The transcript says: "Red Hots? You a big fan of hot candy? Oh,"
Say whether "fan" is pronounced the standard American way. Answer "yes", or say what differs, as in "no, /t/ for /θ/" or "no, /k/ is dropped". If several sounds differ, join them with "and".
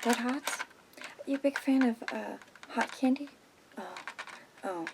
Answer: yes